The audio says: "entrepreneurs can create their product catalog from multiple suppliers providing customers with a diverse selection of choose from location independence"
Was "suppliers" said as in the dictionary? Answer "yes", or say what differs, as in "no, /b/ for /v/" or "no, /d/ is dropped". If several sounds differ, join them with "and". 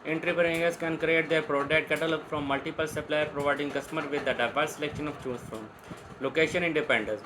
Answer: no, /z/ is dropped